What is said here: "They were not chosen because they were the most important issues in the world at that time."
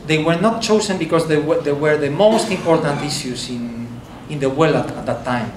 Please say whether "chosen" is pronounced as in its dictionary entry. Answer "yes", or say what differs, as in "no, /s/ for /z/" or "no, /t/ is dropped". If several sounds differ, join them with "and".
no, /s/ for /z/